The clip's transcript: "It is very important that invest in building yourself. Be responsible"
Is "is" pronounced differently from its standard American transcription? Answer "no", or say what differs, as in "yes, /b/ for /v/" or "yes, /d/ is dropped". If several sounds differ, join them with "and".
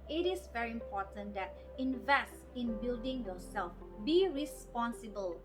yes, /s/ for /z/